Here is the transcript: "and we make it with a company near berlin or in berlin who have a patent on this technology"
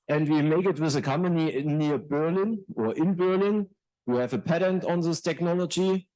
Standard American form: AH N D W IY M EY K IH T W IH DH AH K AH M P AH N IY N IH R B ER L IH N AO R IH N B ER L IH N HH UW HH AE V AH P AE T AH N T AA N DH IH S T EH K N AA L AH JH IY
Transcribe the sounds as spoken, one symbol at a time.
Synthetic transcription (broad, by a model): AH N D W IY M EY K IH T W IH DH AH K AH M P AH N IY N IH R B ER L IH N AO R IH N B ER L IH N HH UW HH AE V AH P AE T AH N T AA N DH IH S T EH K N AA L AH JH IY